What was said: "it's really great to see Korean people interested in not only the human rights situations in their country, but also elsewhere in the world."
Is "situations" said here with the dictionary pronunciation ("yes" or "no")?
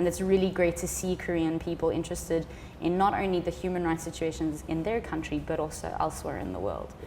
yes